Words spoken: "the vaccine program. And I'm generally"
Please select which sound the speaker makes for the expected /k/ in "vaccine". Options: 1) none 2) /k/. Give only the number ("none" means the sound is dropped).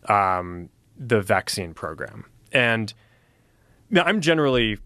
2